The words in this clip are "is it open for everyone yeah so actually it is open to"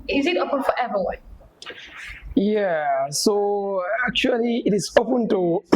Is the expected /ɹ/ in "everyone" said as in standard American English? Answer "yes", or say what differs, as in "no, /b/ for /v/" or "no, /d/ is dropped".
no, /ɹ/ is dropped